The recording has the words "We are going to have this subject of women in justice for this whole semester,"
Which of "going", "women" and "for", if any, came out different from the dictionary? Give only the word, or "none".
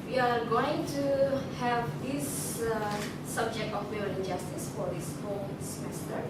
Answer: women